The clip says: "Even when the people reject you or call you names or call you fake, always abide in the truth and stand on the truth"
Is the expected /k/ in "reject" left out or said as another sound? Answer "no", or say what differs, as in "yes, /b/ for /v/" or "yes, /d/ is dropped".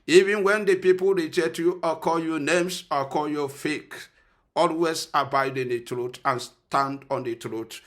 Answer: yes, /k/ is dropped